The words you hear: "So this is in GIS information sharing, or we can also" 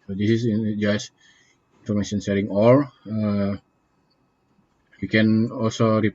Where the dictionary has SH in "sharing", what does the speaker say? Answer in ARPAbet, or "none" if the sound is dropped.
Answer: S